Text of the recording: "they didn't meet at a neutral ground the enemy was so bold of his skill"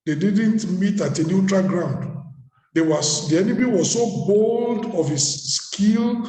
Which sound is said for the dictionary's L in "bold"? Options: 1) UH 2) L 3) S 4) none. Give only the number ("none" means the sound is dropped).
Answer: 2